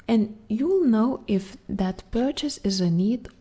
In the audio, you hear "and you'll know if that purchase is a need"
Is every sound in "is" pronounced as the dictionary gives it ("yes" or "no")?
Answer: yes